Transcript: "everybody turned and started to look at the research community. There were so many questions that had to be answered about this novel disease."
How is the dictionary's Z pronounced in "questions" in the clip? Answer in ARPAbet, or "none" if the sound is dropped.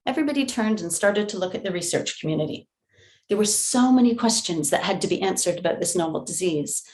Z